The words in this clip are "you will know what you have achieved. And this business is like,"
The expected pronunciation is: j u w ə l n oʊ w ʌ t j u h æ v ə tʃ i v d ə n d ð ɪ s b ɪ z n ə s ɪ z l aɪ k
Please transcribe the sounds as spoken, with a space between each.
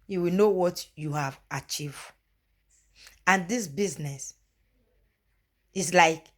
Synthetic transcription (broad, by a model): j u w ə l n oʊ w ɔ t j u h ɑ v ə tʃ i v d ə n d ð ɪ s b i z n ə s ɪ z l aɪ k